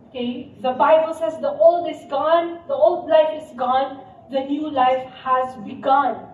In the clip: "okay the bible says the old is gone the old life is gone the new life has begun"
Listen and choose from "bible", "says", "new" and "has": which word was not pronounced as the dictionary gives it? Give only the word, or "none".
none